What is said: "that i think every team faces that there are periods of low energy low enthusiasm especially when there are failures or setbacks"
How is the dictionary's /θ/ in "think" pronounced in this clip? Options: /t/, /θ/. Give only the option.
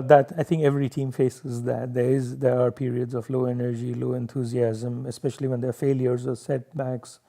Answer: /t/